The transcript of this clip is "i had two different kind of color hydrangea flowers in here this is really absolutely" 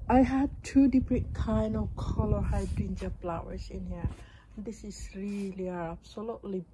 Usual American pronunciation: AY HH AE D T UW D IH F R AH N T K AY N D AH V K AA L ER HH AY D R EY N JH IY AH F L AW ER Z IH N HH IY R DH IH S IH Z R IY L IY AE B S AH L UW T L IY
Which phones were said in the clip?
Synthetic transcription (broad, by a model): AY HH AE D T UW D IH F R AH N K AY N AH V K AA L ER HH AY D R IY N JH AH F L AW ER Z IH N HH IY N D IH S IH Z R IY L IY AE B S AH L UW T L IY